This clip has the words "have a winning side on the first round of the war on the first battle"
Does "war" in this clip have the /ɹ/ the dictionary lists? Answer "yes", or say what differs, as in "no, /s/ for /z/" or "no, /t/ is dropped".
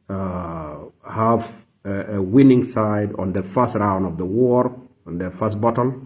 yes